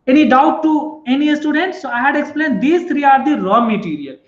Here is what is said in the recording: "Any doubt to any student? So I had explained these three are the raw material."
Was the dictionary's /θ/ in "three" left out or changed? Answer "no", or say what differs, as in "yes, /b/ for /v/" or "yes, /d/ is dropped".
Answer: yes, /t/ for /θ/